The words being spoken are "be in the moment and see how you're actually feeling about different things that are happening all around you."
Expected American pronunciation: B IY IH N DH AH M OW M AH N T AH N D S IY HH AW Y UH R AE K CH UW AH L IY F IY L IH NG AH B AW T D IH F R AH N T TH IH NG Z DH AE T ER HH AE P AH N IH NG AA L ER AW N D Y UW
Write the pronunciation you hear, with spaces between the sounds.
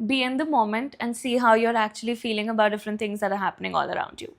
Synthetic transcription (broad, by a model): B IY IH N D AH M OW M AH N T AH N D S IY HH AW Y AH R AE K CH UW AH L IY F IY L IH NG AH B AW T D IH F R AH N T IH NG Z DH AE T ER HH AE P AH N IH NG AA L ER AW N D Y UW